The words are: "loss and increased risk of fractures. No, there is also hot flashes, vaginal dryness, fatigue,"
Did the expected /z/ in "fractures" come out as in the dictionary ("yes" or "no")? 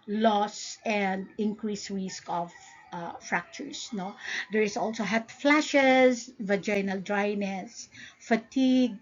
no